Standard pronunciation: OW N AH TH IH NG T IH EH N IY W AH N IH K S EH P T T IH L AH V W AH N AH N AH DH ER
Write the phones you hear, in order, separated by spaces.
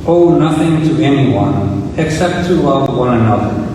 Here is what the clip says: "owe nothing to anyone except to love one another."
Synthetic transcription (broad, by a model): OW N AH TH IH NG T IH EH N IY W AH N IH K S EH P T T IH L AH V W AH N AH N AH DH ER